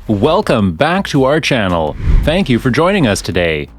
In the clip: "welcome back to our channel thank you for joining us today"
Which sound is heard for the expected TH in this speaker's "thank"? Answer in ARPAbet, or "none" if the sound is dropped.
TH